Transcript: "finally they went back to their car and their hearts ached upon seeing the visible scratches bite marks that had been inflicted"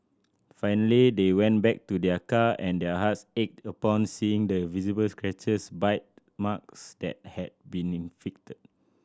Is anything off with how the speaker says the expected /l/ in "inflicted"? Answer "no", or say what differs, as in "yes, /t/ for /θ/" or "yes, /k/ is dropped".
yes, /l/ is dropped